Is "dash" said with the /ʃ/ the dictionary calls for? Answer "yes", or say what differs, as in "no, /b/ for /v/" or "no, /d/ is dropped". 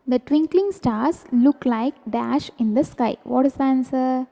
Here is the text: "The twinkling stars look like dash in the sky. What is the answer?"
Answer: yes